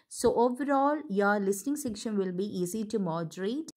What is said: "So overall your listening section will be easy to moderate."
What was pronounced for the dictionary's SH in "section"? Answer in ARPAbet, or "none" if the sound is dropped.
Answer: SH